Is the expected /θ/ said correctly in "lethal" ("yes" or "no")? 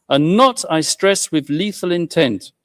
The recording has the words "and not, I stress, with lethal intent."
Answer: yes